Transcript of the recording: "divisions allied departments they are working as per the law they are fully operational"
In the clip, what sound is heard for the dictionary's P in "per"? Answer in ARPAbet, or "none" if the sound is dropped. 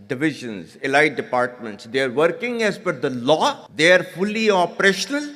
F